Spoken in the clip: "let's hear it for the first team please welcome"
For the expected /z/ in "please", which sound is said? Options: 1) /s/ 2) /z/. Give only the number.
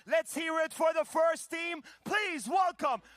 2